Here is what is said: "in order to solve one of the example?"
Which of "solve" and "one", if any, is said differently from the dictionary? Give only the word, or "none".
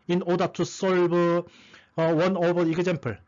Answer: solve